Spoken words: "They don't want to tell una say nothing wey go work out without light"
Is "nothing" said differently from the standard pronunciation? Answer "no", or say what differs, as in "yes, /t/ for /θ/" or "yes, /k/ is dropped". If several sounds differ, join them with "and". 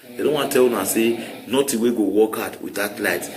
yes, /t/ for /θ/